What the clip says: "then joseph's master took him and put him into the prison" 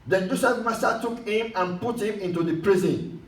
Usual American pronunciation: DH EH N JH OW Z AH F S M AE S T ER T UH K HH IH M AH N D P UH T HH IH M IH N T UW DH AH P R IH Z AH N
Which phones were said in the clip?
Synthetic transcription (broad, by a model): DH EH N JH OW S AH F M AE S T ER T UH K HH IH M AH N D P UH T HH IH M IH N T UW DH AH P R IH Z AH N